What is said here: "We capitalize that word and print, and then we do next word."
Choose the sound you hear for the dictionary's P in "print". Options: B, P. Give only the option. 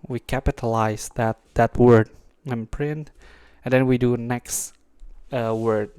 P